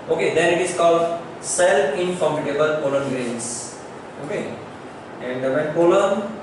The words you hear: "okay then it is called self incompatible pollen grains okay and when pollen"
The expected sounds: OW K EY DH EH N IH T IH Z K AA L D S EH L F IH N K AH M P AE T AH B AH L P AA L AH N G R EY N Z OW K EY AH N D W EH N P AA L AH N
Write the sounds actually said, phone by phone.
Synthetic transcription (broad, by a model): OW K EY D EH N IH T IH S K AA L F S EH L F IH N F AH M IY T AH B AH L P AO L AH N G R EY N S OW K EY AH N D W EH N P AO L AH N